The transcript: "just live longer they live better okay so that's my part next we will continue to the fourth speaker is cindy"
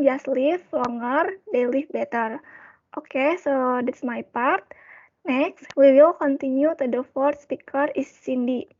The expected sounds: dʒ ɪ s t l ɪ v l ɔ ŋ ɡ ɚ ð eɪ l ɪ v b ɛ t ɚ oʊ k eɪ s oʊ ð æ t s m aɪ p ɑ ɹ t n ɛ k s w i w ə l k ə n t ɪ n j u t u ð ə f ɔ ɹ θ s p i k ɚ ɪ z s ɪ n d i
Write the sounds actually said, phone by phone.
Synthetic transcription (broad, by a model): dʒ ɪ s t l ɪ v l ɔ ŋ ɡ ɚ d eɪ l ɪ f b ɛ t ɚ oʊ k eɪ s oʊ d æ t s m aɪ p ɑ ɹ t n ɛ k s w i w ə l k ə n t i n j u t u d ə f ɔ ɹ t s p i k ɚ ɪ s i n d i